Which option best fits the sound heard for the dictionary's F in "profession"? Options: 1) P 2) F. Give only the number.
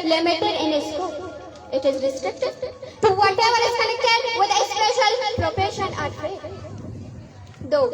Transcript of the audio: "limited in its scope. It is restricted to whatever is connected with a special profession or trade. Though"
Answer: 1